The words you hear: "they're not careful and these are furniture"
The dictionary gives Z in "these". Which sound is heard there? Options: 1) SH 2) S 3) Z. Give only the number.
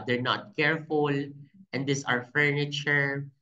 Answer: 2